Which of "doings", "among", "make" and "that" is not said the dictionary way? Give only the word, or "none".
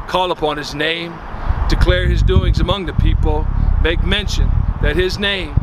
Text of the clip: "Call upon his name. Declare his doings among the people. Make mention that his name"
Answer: none